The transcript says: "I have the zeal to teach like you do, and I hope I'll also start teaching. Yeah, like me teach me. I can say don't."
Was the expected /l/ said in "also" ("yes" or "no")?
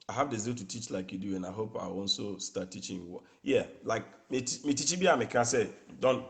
no